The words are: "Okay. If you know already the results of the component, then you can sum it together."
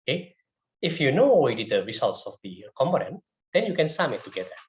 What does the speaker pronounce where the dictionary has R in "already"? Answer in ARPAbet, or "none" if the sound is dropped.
W